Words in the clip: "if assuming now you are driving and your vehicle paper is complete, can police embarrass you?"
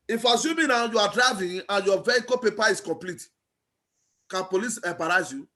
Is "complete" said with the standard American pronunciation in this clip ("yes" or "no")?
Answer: yes